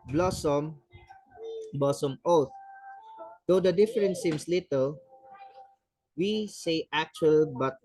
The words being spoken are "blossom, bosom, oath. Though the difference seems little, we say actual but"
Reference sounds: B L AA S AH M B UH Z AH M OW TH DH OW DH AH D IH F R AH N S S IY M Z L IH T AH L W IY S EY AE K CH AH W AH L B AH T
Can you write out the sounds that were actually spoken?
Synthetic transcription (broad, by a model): B L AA S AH M B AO S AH M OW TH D OW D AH D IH F R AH N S S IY M S L IH T AH L W IY S EY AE K CH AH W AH L B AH T